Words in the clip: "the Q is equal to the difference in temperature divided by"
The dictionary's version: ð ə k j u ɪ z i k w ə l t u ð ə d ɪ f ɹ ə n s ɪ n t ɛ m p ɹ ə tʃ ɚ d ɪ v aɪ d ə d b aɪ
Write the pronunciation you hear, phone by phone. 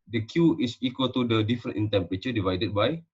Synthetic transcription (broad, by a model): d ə k j u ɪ s i k w ə l t u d ə d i f ɹ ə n ɪ n t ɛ m p ɹ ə tʃ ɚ d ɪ v aɪ d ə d b aɪ